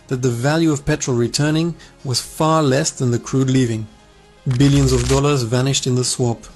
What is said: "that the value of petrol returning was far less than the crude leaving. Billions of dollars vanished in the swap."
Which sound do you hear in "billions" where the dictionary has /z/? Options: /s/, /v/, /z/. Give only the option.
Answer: /z/